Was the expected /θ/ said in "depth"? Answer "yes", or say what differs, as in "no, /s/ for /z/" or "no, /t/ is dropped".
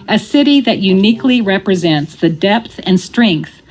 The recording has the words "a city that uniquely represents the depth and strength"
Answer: yes